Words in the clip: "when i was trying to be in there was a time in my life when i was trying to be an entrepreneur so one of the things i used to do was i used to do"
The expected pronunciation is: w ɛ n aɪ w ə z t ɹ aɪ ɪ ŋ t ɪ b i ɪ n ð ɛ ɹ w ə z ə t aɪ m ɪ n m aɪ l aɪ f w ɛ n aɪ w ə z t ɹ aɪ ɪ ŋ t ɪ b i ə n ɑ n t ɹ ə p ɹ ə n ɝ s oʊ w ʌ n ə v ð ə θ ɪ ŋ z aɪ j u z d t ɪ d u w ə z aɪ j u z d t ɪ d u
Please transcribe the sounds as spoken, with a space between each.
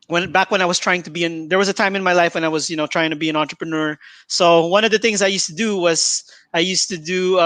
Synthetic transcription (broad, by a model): w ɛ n aɪ w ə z t ɹ aɪ ɪ ŋ t ɪ b i ɪ n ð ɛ ɹ w ə z ə t aɪ m ɪ n m aɪ l aɪ f w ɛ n aɪ w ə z t ɹ aɪ ɪ ŋ t ɪ b i ə n ɑ n t ɹ ə p ɹ ə n ɝ s oʊ w ʌ n ə v ð ə θ ɪ ŋ z aɪ j u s t ɪ d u w ə z aɪ j u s t ɪ d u